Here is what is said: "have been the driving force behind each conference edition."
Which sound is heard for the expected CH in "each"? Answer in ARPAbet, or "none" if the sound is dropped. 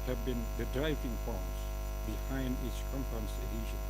S